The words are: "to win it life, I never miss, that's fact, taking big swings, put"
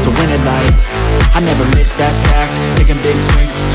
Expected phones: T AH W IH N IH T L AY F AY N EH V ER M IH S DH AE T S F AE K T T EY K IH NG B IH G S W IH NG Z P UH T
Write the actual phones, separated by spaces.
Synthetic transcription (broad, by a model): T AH W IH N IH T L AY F AY N EH V ER M IH S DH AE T F AE K T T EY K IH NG B IH G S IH Z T